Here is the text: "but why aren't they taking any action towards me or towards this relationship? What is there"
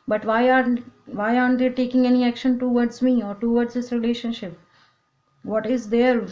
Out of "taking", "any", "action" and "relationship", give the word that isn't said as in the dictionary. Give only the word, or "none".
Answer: none